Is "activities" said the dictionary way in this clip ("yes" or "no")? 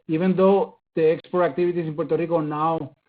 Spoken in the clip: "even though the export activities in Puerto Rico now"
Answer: no